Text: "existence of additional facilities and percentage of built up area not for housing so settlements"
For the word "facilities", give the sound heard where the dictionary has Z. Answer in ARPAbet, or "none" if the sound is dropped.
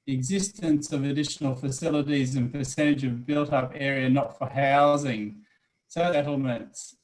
Z